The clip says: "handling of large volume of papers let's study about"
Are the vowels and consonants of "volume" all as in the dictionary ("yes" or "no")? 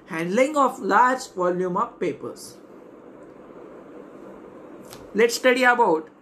yes